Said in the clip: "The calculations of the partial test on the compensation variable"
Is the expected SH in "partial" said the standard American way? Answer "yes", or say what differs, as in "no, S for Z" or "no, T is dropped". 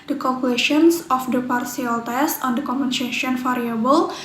no, S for SH